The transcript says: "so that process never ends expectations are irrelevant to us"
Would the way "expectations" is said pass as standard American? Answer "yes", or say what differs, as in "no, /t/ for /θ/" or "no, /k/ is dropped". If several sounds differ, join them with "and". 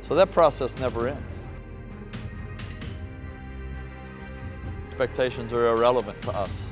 yes